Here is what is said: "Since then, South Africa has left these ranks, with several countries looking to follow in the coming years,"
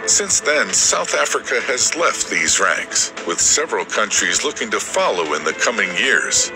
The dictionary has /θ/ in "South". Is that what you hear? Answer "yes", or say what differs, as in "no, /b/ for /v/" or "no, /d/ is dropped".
yes